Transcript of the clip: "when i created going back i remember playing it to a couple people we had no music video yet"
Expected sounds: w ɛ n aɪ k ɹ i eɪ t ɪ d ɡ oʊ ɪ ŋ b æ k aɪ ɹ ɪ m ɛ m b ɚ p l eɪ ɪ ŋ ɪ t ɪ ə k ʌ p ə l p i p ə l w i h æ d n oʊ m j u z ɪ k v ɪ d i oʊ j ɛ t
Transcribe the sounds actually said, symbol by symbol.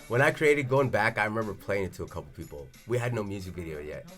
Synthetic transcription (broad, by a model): w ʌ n aɪ k ɹ i eɪ t ɪ d ɡ oʊ ɪ ŋ b æ k aɪ ɹ ɪ m ɛ m b ɚ p l eɪ ɪ ŋ ɪ t ɪ ə k ʌ p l p i p l w i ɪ d n oʊ m j u z ɪ k v ɪ d i oʊ j ɛ t